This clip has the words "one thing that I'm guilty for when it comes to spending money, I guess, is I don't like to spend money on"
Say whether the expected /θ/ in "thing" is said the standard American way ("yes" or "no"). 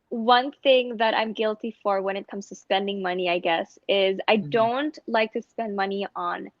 yes